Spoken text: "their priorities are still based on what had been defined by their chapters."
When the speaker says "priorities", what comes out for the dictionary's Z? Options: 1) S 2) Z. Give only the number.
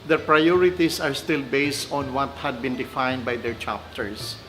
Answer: 1